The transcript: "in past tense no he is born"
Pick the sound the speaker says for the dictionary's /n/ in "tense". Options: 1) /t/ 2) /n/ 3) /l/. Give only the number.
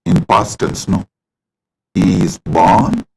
3